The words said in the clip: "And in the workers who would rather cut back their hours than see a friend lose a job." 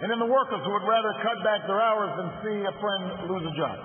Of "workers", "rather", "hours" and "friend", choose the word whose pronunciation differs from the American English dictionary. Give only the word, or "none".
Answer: none